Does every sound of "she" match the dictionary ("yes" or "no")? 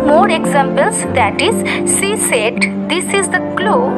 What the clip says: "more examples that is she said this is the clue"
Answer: no